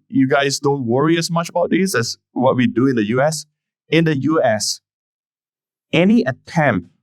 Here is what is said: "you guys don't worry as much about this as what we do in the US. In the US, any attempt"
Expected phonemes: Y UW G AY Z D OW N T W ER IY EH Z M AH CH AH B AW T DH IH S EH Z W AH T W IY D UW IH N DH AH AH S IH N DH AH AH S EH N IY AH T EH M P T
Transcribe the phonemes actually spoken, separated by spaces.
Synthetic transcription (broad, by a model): Y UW G AY S D OW N T W ER IY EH S M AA CH AH B AW T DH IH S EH S W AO T W IY D UW IH N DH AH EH S IH N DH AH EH S EH N IY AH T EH M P